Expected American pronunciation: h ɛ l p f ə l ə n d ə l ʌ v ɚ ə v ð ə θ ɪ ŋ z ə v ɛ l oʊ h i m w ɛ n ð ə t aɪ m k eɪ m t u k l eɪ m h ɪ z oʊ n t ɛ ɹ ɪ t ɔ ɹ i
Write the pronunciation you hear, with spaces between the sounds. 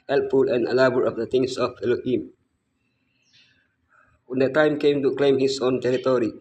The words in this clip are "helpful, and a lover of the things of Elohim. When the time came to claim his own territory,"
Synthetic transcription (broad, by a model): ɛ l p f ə l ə n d ə l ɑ b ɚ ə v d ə t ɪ ŋ s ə f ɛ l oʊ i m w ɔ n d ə t aɪ m k eɪ m t u k l eɪ m h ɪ s oʊ n t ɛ ɹ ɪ t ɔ ɹ i